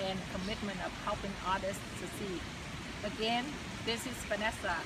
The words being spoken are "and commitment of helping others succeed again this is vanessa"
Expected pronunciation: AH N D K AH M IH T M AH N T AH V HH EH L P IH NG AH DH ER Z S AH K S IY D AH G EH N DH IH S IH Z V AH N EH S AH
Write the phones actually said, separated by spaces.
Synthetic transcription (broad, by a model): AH N K AH M IH T M AH N T AH V HH EH L P IH NG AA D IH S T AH S IY AH G EH N DH IH S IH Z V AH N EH S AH